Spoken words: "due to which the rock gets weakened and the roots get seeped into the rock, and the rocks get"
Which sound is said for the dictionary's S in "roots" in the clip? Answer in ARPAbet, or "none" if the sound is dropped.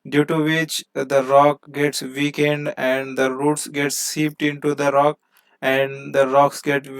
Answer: S